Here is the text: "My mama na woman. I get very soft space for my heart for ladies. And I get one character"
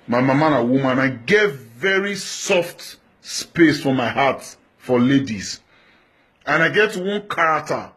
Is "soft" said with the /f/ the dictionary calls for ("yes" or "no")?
yes